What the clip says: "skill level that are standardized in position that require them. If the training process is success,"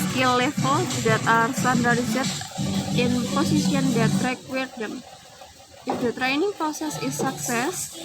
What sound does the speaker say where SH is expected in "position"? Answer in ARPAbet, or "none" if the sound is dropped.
S